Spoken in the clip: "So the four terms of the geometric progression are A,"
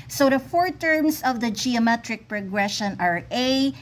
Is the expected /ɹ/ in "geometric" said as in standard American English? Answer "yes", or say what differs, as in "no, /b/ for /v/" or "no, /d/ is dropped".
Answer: yes